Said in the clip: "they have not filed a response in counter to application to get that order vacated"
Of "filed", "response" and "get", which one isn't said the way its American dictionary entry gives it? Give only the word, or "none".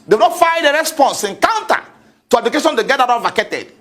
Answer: filed